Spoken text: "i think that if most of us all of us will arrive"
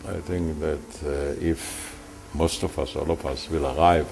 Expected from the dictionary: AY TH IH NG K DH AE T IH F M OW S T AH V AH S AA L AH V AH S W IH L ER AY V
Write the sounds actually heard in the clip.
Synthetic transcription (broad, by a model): AY TH IH NG K DH AE T IH F M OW S T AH F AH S AA L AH F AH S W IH L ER AY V